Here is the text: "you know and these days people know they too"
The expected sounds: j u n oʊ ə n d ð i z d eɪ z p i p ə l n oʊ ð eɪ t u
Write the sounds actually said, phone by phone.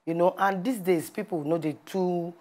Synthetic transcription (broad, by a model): j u n oʊ ə n d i s d eɪ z p i p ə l n oʊ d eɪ t u